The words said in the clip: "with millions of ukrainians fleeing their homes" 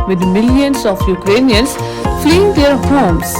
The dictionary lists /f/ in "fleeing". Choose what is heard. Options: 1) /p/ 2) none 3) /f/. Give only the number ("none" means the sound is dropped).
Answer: 3